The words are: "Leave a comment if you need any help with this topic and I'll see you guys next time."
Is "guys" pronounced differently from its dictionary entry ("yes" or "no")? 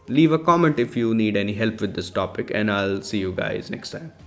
no